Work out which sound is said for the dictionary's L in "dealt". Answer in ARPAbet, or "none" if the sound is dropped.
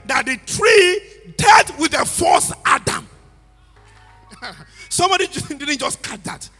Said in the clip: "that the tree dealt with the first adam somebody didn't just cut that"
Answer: none